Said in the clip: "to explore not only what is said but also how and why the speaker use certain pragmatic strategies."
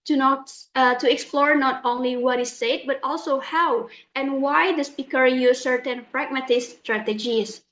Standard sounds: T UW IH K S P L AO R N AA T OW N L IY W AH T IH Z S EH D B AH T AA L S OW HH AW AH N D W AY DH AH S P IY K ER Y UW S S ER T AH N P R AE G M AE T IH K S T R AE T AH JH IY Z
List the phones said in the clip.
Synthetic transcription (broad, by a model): T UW IH K S P L AO R N AA T OW N L IY W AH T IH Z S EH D B AH T AA L S OW HH AW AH N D W AY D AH S P IY K ER Y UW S S ER T AH N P R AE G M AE T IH S T R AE T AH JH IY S